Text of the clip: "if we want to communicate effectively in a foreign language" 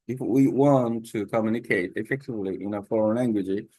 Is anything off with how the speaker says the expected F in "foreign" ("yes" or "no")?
no